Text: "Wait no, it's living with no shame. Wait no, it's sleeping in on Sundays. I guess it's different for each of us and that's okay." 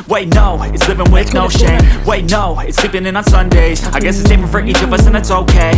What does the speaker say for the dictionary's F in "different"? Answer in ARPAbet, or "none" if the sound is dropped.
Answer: P